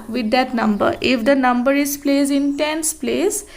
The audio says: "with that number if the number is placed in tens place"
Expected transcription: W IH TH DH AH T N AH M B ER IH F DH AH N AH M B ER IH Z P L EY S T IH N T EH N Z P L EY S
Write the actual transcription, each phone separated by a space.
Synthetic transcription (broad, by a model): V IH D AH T N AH M B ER IH F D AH N AH M B ER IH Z P L EY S IH N T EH N S P L EY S